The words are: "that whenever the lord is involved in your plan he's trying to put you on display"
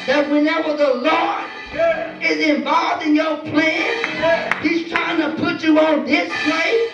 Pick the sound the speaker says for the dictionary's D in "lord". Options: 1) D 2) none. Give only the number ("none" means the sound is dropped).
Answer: 2